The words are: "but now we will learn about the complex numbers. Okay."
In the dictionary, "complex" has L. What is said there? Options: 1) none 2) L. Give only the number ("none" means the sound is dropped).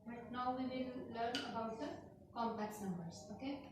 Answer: 1